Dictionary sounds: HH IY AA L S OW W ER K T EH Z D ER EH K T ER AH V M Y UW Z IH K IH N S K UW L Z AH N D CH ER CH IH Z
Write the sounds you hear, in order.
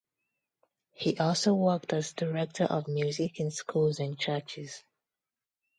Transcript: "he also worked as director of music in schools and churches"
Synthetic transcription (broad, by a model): HH IY AA L S OW W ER K T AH Z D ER EH K T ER AH V M Y UW Z IH K IH N S K UW L Z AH N CH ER CH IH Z